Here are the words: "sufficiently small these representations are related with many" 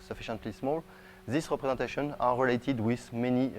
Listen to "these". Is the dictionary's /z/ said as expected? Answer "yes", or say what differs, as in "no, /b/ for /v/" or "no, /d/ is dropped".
no, /s/ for /z/